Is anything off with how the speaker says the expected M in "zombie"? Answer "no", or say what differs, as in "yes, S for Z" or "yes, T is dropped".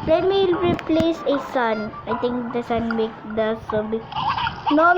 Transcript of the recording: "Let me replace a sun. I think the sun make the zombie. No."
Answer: yes, M is dropped